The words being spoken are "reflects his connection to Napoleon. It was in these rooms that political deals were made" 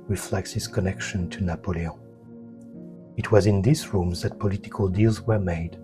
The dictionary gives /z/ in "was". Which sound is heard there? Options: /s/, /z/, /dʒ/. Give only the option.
/z/